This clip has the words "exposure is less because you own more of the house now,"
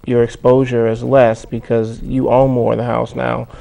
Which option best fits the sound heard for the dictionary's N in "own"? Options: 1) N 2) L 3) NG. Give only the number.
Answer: 2